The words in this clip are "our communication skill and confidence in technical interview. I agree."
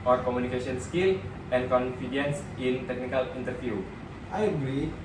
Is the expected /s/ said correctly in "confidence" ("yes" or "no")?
yes